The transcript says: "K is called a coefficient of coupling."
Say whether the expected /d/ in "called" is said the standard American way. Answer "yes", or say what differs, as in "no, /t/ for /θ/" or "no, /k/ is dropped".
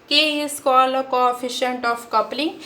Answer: no, /d/ is dropped